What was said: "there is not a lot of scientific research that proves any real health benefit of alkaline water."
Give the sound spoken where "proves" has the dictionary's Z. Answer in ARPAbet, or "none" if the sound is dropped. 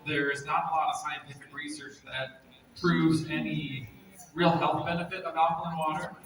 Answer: Z